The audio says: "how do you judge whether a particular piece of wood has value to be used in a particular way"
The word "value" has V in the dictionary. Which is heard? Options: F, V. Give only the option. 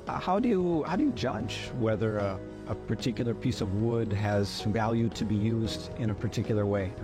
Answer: V